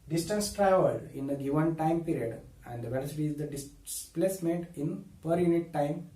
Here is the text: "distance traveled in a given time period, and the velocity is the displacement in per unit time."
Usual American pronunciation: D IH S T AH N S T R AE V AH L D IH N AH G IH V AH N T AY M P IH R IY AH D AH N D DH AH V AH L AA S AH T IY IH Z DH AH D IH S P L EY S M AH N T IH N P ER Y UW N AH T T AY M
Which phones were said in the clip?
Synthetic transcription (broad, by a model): D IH S T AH N S T R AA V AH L IH N AH G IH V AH N T AY M P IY R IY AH D AH N D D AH V AH L AA S AH T IY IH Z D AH D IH S P L EY S M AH N T IH N P ER Y UW N AH T T AY M